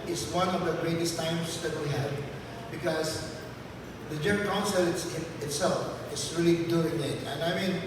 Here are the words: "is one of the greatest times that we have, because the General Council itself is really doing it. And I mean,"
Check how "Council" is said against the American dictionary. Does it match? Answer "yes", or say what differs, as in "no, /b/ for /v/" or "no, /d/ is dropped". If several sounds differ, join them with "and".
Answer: no, /l/ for /n/